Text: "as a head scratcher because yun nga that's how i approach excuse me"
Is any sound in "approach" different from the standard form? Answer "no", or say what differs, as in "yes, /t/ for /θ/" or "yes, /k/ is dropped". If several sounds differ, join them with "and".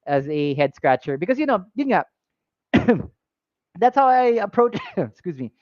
yes, /tʃ/ is dropped